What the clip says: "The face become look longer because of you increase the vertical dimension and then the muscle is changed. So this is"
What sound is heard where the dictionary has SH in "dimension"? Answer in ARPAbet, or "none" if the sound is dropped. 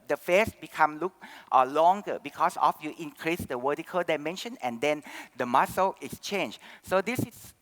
SH